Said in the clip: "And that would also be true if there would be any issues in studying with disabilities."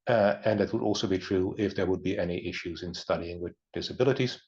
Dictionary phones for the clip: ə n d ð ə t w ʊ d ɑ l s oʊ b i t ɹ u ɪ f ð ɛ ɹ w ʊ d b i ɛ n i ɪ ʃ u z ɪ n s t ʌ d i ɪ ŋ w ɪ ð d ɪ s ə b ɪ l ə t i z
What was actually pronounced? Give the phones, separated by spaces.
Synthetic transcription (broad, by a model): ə n ð ə t w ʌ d ɑ l s oʊ b i t ɹ u ɪ f ð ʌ ɹ w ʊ d b i ɛ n i ɪ ʃ u z ɪ n s t ʌ d i ɪ ŋ w ɪ ð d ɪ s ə b ɪ l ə t i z